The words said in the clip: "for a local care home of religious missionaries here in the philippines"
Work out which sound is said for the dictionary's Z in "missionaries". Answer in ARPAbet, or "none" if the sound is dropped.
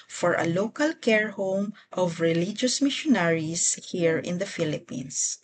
S